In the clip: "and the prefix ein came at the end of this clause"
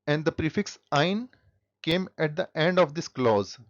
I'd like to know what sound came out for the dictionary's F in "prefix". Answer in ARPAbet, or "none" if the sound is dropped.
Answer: F